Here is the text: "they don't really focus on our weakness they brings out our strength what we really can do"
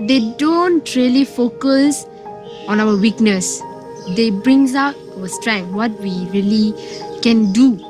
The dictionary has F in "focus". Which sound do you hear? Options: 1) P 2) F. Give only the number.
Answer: 2